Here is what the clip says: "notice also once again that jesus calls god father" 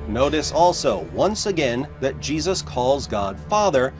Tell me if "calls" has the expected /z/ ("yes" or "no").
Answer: yes